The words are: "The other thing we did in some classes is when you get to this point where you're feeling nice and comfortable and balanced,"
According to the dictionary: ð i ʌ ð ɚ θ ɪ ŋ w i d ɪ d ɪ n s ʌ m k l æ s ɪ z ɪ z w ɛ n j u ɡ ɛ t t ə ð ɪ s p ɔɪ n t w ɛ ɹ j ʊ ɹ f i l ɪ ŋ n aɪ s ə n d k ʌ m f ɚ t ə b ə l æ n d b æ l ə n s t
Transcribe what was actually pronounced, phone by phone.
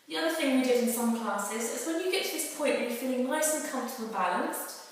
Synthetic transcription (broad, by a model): ð i ʌ ð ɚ θ ɪ ŋ w i d ɪ d ɪ n s ʌ m k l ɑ s ɪ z ɪ z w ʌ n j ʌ ɡ ɛ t t ə ð ɪ s p ɔɪ n t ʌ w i f i l ɪ ŋ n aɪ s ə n k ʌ m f t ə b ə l b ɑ l ə n s t